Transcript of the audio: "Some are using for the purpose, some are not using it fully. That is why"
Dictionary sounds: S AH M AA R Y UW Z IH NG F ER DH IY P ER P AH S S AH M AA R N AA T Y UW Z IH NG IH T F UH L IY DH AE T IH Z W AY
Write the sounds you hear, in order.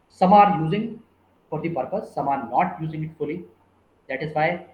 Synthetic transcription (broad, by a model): S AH M AA R Y UW Z IH NG P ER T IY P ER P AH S S AH M AA R N AA T Y UW Z IH NG IH T F UH L IY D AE T IH Z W AY